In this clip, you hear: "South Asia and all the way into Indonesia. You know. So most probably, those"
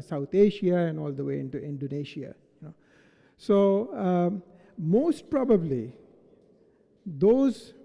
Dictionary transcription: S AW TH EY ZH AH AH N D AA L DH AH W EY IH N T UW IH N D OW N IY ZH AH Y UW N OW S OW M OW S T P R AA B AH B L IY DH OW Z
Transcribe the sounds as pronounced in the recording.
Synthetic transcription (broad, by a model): S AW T EY SH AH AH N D AA L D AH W EY IH N T UW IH N D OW N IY SH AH Y UW N OW S OW M OW S T P R AA B AH B L IY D OW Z